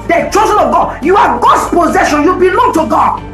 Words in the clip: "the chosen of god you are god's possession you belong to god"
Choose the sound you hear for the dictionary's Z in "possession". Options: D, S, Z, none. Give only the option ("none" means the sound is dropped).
Z